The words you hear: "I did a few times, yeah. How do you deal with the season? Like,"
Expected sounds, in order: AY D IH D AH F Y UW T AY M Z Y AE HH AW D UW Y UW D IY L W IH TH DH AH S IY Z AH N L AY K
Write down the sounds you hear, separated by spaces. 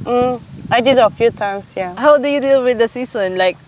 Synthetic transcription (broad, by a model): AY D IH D AH F Y UW T AY M S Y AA HH AW D UW Y UW D IY L W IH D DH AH S IY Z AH N L AY K